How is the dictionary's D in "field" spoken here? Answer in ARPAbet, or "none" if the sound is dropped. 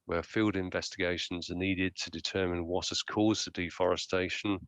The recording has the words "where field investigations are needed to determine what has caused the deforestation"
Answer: D